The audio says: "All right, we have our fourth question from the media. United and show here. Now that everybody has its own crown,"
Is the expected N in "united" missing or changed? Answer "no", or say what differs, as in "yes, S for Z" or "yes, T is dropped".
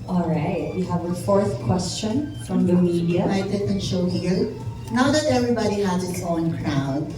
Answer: yes, N is dropped